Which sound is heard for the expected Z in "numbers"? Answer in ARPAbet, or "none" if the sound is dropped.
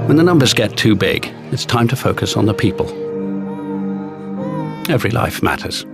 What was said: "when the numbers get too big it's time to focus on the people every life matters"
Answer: Z